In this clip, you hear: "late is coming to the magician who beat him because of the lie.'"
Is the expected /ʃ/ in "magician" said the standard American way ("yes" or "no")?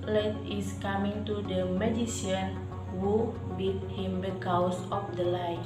no